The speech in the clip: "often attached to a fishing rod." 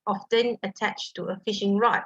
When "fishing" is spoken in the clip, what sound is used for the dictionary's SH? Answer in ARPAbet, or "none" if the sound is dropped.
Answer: SH